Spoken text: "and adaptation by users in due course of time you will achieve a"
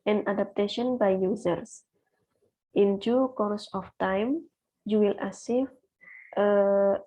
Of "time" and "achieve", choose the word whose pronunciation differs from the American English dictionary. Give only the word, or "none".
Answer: achieve